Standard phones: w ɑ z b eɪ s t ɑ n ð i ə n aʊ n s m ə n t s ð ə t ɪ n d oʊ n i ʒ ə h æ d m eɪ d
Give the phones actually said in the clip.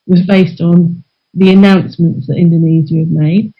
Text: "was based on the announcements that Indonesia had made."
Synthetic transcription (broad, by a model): w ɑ z b eɪ s t n ð i ə n aʊ n s m ə n t s ð ə t ɪ n d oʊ n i z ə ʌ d m eɪ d